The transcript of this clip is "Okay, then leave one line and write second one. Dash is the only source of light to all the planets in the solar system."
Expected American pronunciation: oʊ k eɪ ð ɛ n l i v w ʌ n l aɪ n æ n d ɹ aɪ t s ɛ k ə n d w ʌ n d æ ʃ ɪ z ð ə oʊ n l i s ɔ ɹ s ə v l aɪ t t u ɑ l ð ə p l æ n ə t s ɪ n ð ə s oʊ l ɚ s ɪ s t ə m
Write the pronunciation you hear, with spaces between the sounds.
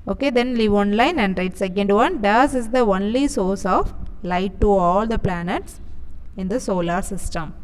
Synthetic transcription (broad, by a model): oʊ k eɪ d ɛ n l i v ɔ n l aɪ n æ n d ɹ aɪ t s ɛ k ə n d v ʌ n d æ s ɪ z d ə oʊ n l i s ɔ ɹ s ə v l aɪ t t u ɑ l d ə p l æ n ə t s ɪ n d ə s oʊ l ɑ s ɪ s t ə m